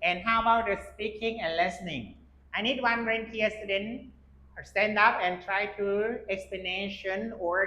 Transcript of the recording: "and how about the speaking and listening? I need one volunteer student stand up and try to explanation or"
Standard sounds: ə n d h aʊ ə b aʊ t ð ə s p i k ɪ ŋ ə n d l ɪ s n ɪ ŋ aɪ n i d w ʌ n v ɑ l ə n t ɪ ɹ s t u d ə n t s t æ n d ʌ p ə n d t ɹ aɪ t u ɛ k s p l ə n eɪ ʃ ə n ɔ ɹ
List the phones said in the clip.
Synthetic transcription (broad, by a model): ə n h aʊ ə b aʊ t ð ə s p i k ɪ ŋ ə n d l ɪ s n ɪ ŋ aɪ n i d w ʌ n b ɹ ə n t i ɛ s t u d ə n s t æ n d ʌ p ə n t ɹ aɪ t u ɛ k s p l ə n eɪ ʃ ə n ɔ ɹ